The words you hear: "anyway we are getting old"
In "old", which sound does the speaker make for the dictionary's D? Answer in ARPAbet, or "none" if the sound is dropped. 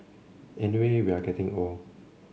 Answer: none